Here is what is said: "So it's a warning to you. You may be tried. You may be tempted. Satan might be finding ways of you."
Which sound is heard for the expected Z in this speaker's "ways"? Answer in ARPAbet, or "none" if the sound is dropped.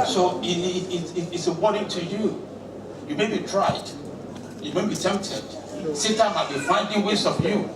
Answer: S